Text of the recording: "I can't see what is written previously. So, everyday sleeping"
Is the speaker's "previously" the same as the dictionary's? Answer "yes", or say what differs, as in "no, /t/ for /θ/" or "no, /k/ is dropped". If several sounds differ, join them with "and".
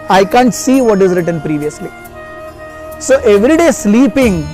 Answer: yes